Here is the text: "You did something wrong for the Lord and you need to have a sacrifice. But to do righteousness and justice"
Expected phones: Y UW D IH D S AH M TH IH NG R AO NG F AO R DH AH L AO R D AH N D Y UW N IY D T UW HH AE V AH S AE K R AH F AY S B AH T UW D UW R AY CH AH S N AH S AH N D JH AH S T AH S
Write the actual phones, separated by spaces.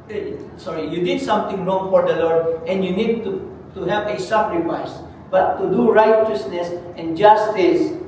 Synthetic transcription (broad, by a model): Y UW D IH D S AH M T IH NG R AO NG F AO R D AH L AO R D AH N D Y UW N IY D T UW HH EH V AH S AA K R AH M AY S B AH T UW D UW R AY CH AH S N AH S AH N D JH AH S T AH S